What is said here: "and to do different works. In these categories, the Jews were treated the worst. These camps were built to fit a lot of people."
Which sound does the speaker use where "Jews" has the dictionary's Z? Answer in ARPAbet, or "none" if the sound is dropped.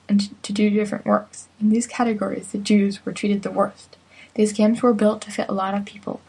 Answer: Z